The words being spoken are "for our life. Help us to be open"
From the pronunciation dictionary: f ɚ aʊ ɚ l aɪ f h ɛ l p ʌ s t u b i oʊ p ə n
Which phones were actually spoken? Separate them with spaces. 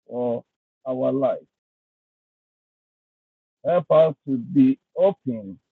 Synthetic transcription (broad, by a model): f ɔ aʊ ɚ l aɪ f h ɛ l p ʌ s t u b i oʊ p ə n